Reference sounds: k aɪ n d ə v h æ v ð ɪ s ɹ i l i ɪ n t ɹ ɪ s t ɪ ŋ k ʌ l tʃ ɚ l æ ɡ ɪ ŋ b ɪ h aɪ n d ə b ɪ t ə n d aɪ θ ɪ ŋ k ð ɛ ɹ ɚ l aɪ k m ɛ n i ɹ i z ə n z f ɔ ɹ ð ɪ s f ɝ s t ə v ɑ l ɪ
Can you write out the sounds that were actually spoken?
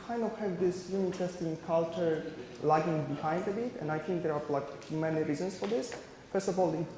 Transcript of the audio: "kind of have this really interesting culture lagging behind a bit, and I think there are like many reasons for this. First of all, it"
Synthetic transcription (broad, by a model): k aɪ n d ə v h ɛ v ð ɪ s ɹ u i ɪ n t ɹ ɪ s t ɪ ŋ k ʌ l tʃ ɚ l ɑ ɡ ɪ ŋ b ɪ h aɪ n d ə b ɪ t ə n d aɪ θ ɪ ŋ k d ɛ ɹ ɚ l aɪ k m ɛ n i ɹ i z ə n s f ɔ ɹ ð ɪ s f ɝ s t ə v ɑ l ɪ